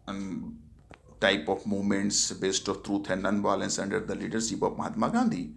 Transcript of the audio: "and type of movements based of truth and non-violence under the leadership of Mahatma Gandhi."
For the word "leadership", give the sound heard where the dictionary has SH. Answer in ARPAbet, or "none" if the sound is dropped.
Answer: S